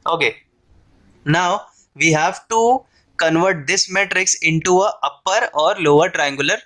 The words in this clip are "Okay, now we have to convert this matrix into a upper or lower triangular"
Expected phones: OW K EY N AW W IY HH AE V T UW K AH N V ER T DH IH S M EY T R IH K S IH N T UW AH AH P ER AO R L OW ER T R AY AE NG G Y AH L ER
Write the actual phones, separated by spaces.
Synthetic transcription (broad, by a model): OW K EY N AW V IY HH AE V T UW K AH N V ER T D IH S M EY T R IH K S IH N T UW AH AH P ER AO R L OW ER T R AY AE NG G Y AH L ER